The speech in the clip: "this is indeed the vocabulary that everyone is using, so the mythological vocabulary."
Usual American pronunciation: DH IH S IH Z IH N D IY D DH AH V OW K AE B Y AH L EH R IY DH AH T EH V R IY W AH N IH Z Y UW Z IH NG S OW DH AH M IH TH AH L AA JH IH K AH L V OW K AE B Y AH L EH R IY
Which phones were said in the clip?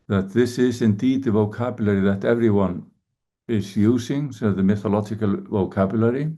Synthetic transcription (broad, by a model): DH IH S IH Z IH N D IY D DH AH V OW K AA B Y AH L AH R IY DH AH T EH V R IY W AH N IH Z Y UW Z IH NG S OW DH AH M IH TH AH L AA JH IH K AH L V OW K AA B Y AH L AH R IY